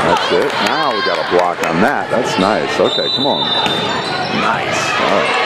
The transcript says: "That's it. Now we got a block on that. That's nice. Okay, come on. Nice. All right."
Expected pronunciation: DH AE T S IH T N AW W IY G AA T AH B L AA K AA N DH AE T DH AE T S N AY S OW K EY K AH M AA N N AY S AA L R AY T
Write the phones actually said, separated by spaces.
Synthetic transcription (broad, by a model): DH AE T S IH T N AW W IY G AA T AH B L AA K N DH AE T DH AE T S N AY S OW K EY K AH M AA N N AY S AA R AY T